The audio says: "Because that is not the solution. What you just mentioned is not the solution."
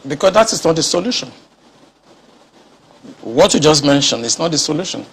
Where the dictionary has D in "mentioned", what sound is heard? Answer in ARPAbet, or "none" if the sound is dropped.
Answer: none